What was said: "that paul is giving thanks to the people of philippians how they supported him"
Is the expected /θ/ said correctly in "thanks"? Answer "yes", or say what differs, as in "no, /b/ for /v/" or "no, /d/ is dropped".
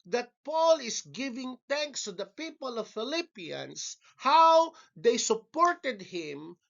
no, /t/ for /θ/